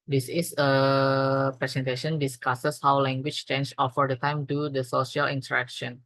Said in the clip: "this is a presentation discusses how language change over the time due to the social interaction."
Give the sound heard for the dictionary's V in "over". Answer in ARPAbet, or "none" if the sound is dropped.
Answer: F